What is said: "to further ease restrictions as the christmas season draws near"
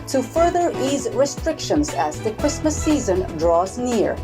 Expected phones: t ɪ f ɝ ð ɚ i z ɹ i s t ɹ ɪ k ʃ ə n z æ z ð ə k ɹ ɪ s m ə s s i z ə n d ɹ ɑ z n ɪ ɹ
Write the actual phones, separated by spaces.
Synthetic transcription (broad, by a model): t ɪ f ɝ ð ɚ i z ɹ i s t ɹ ɪ k ʃ ə n z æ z ð ə k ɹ ɪ s m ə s s i z ə n d ɹ ɑ z n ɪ ɹ